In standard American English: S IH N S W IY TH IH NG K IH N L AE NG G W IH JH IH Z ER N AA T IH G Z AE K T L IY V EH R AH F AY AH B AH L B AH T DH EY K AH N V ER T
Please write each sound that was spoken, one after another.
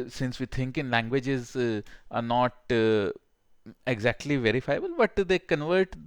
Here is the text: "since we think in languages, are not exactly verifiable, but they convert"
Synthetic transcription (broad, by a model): S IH N S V IY T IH NG K IH N L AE NG G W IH JH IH Z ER N AA T IH G Z AE K T L IY V EH R AH F AY AH B AH L B AH T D EY K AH N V ER T